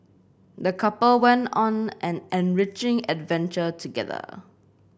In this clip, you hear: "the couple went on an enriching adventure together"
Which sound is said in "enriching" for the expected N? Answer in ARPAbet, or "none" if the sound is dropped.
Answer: N